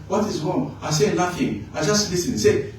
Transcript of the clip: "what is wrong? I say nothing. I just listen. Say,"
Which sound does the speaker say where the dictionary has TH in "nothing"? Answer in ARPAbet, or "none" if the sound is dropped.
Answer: F